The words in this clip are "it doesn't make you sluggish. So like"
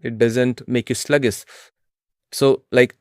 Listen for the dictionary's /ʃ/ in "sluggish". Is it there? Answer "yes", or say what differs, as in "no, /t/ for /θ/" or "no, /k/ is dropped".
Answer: no, /s/ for /ʃ/